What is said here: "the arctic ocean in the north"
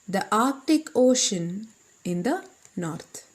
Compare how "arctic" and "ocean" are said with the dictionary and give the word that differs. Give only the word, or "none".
none